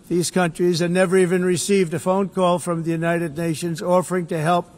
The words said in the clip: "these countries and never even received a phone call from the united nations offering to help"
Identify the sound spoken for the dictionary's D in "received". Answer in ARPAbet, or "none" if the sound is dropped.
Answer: D